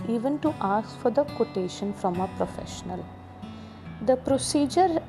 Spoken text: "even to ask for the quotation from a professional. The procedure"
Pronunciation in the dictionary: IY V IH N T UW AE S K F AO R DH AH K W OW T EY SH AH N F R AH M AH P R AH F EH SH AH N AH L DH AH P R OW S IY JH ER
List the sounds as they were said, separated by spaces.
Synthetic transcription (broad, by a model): IY V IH N T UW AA S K F AO R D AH K W OW T EY SH AH N F R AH M AH P R AH F EH SH AH N AH L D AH P R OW S IY JH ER